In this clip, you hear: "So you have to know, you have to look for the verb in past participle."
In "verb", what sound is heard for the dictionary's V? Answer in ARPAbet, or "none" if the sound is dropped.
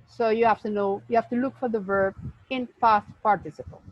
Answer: V